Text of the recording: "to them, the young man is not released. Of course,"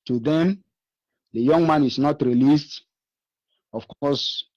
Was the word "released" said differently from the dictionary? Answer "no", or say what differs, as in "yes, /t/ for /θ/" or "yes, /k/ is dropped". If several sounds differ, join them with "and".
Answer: no